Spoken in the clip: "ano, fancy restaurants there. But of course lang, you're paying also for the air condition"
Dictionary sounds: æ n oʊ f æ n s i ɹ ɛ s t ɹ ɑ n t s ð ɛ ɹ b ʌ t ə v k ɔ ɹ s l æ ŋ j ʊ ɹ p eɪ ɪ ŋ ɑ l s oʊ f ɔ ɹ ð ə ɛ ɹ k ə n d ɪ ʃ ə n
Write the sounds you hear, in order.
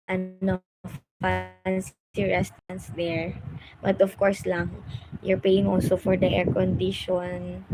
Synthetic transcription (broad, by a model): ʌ n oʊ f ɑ n s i ɹ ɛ s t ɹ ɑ n s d ɛ ɹ b ʌ t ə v k ɔ ɹ s l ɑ ŋ j ʊ ɹ p eɪ ɪ ŋ ɑ l s oʊ f ɔ ɹ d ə ɛ ɹ k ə n d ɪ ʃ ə n